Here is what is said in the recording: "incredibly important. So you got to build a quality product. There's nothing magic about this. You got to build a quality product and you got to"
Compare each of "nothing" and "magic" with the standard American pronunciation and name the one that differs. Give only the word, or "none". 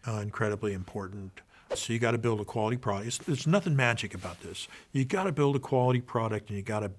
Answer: none